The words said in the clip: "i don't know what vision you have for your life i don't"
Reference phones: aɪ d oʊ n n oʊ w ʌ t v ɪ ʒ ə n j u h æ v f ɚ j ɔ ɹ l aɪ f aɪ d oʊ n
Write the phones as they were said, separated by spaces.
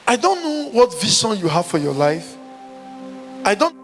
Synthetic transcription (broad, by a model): aɪ d oʊ n n oʊ w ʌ t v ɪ s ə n j u h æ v f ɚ j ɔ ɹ l aɪ f aɪ d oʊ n